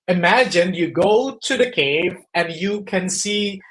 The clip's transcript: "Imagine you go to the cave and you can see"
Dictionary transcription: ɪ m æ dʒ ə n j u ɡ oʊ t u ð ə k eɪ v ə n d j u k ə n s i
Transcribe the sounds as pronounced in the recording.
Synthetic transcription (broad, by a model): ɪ m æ dʒ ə n j u ɡ oʊ t u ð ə k eɪ v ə n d j u k ə n s i